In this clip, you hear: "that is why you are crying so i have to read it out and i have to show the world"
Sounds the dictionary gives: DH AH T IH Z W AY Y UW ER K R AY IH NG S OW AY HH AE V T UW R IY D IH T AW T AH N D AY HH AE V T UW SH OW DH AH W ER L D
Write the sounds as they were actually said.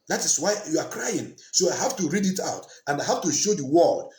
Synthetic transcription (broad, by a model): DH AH T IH S W AY Y UW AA K R AY IH NG S OW AY HH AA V T UW R IY D IH T AW T AH N D AY HH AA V T UW SH OW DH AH W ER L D